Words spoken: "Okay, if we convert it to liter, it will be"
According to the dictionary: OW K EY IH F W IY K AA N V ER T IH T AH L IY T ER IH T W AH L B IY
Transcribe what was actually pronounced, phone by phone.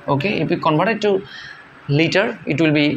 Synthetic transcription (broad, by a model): OW K EY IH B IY K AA N B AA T IH T AH L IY T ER IH T W AH L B IY